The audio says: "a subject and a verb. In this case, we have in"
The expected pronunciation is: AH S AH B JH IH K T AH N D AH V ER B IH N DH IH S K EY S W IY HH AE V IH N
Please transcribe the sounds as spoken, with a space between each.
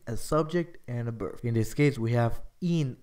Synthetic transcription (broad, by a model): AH S AH B JH IH K T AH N AH B ER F IH N DH IH S K EY S W IY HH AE V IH N